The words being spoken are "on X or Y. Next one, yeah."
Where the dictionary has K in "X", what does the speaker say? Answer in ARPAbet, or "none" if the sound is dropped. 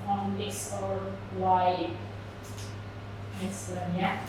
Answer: none